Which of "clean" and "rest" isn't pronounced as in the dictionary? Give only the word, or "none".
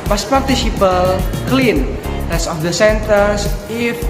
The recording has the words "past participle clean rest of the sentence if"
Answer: rest